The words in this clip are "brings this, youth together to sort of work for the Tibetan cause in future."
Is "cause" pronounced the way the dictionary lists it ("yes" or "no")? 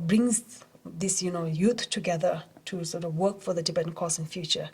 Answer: no